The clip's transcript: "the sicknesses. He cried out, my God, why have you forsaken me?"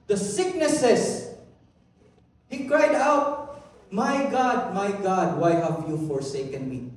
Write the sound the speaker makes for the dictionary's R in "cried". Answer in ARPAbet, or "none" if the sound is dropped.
R